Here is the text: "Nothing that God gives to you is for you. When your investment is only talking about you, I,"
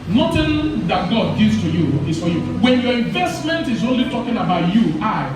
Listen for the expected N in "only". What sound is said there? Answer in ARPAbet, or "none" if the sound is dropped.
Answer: N